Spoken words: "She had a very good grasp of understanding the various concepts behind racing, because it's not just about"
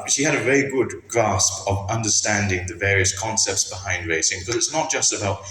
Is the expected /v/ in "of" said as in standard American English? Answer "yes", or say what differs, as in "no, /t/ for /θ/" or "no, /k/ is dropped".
yes